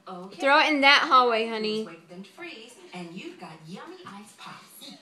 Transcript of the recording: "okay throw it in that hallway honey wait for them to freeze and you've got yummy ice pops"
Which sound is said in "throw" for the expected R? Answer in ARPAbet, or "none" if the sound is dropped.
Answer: R